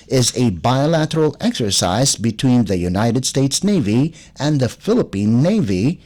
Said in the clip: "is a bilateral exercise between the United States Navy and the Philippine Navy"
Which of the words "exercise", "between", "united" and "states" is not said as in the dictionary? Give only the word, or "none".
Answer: none